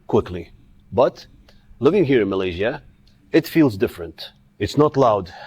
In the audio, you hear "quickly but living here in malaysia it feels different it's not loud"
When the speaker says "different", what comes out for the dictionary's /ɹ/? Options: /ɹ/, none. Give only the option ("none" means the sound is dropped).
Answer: /ɹ/